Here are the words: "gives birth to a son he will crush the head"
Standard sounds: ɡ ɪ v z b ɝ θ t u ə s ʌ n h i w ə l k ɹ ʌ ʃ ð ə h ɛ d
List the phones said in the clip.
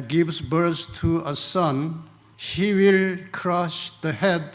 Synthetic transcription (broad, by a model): ɡ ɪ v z b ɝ s t u ə s ʌ n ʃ i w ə l k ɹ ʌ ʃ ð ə h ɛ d